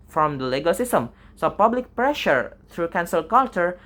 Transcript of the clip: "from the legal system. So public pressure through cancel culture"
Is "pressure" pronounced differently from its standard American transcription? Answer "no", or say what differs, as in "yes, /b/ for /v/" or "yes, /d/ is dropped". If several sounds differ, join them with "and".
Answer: no